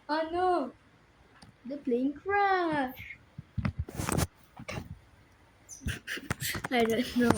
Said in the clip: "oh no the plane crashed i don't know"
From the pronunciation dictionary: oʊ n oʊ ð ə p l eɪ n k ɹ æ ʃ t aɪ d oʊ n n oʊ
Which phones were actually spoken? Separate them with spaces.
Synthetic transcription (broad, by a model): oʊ n oʊ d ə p l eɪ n k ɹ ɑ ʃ aɪ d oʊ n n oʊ